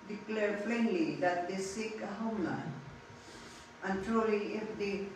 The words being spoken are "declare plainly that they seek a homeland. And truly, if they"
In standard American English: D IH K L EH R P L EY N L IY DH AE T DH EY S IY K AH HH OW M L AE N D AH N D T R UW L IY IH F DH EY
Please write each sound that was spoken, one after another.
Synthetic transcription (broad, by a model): D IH K L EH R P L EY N L IY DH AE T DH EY S IY K AH HH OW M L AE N AH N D T R UW L IY IH F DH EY